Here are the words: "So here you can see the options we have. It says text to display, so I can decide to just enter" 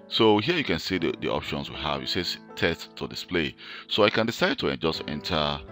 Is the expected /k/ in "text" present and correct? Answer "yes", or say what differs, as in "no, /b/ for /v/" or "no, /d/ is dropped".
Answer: no, /k/ is dropped